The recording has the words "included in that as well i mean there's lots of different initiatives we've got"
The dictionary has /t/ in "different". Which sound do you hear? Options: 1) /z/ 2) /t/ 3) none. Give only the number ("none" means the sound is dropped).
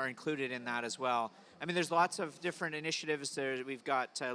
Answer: 2